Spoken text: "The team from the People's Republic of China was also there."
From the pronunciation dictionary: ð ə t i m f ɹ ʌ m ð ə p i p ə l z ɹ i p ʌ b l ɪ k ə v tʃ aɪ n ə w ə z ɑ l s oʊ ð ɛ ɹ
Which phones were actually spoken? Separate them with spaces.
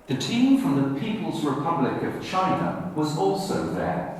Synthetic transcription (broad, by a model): ð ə t i m f ɹ ʌ m ð ə p i p ə l z ɹ i p ʌ b l ɪ k ə v tʃ aɪ n ə w ə z ɑ l s oʊ ð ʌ ɹ